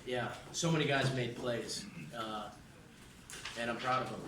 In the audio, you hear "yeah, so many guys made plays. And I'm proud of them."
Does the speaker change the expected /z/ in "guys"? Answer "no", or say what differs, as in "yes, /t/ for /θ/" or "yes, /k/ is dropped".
no